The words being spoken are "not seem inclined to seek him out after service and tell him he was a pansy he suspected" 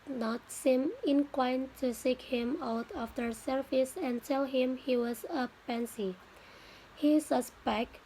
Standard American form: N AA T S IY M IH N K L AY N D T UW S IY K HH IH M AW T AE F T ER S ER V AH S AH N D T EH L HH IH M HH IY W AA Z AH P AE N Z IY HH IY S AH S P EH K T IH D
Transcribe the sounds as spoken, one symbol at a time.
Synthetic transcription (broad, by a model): N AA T S IY M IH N K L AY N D T UW S IY K HH IH M AW T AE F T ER S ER F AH S AH N D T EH L HH IH M HH IY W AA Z AH P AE N S IY HH IY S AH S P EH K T